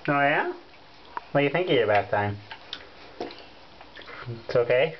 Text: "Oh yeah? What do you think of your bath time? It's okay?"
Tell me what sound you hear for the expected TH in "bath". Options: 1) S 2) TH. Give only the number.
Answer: 1